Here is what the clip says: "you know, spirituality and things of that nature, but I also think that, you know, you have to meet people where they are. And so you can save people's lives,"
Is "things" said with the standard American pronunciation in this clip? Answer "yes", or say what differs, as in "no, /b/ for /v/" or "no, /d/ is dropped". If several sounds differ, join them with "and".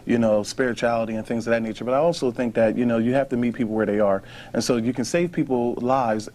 yes